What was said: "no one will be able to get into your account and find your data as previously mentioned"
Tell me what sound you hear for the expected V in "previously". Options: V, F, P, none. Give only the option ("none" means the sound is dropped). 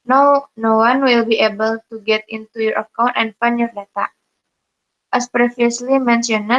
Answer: F